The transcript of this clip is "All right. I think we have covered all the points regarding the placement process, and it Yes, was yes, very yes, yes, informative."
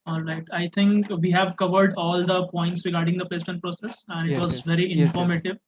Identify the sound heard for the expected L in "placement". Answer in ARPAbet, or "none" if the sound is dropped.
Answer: none